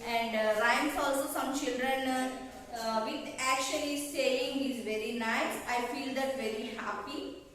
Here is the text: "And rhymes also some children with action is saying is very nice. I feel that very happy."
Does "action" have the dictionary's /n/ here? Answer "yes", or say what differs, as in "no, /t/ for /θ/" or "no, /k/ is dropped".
no, /l/ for /n/